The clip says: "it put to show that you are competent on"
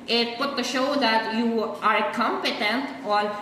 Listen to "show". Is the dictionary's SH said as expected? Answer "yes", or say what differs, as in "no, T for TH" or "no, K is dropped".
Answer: yes